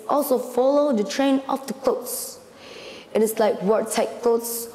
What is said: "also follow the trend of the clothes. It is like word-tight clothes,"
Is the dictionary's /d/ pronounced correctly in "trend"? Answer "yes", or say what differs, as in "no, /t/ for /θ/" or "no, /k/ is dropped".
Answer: no, /d/ is dropped